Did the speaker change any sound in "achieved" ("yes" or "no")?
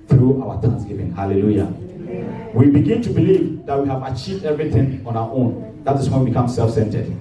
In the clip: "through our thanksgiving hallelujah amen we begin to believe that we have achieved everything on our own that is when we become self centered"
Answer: no